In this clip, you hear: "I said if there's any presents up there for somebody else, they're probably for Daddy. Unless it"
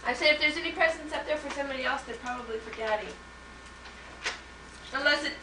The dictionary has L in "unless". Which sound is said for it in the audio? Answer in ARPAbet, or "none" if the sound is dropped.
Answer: L